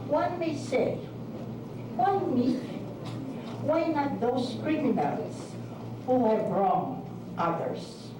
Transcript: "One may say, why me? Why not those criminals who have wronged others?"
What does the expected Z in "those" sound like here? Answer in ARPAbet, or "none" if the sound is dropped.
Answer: S